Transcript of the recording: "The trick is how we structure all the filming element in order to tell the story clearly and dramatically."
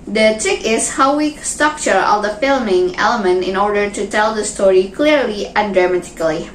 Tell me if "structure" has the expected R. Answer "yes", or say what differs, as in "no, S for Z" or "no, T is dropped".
yes